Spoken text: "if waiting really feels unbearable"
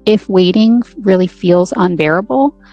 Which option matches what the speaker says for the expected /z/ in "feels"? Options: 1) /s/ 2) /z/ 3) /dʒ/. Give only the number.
2